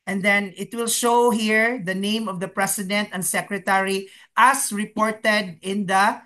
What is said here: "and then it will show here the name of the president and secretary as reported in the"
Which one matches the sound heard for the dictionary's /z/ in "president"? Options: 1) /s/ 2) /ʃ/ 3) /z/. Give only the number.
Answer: 1